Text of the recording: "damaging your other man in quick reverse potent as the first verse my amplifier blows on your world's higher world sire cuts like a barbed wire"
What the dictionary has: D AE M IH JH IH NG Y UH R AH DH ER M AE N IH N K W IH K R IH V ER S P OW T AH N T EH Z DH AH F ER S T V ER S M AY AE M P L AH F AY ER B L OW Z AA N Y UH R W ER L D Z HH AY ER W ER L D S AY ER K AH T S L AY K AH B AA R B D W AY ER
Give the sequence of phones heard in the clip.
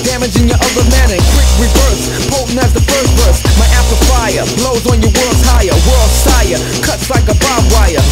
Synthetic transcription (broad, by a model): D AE M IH JH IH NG Y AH R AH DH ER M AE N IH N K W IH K R IH V ER S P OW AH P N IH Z DH AH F ER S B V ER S M AY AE P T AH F AY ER B L OW Z N Y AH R W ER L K AY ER W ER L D S AY ER K AH T S L AY K AH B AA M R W AY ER